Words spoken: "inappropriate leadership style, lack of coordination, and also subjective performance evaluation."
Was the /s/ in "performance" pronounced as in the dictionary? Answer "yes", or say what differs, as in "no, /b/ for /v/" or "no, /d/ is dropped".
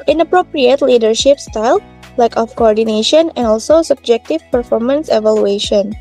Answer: yes